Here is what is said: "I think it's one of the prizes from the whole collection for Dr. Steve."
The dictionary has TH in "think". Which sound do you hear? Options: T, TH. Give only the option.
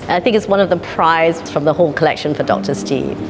TH